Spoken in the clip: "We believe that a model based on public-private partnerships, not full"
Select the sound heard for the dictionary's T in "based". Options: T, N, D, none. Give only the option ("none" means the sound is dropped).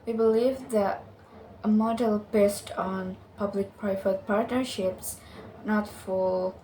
T